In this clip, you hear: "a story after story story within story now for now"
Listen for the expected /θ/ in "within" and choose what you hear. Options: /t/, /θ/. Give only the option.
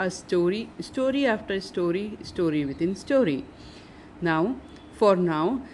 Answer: /t/